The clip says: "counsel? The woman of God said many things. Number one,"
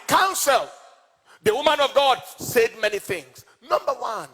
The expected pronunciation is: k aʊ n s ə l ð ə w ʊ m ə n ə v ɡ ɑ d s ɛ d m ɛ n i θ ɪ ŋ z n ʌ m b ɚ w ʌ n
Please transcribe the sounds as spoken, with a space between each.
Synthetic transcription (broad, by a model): k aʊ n s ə l ð ə w ʊ m ə n ə v ɡ ɑ d s ɛ d m ɛ n i θ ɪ ŋ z n ʌ m b ɚ w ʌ n